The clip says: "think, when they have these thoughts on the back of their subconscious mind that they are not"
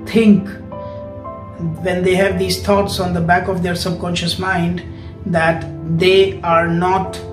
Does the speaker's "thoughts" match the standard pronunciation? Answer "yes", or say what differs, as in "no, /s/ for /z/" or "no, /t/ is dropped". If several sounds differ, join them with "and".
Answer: no, /t/ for /θ/